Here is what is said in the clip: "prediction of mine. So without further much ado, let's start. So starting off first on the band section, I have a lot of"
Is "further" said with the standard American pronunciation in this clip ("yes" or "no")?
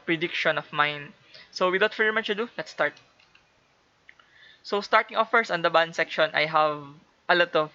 no